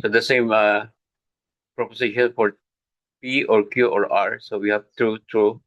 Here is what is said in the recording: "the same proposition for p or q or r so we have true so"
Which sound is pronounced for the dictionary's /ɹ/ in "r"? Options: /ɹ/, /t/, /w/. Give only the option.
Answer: /ɹ/